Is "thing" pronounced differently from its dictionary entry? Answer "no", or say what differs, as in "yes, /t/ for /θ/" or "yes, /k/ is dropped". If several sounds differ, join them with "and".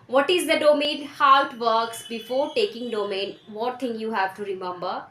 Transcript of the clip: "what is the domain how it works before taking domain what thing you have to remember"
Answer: yes, /t/ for /θ/